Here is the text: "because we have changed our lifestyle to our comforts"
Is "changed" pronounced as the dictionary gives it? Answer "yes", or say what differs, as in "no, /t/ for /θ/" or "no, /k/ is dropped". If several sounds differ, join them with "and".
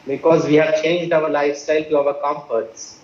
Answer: yes